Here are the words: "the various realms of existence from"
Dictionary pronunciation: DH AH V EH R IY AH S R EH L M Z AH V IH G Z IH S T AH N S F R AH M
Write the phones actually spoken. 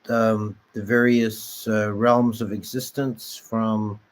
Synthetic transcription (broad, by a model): DH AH V EH R IY AH S R EH L M Z AH V IH G Z IH S T AH N S F R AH M